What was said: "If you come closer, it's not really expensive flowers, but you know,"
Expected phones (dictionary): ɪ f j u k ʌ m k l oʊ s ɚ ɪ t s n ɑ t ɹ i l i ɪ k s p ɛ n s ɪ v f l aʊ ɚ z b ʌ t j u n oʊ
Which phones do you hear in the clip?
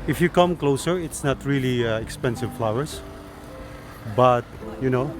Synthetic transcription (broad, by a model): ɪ f j u k ʌ m k l oʊ s ɚ ɪ t s n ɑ t ɹ i l i ɪ k s p ɛ n s ɪ v f l aʊ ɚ s b ʌ t j u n oʊ